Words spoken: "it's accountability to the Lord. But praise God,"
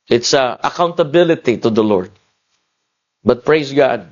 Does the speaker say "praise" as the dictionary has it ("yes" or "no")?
no